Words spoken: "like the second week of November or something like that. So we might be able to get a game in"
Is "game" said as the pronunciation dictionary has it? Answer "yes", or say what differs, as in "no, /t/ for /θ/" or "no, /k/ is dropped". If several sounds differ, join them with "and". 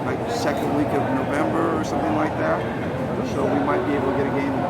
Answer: no, /m/ is dropped